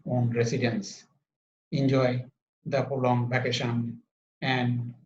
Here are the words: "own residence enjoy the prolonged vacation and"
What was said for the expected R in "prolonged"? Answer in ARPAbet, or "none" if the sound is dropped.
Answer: none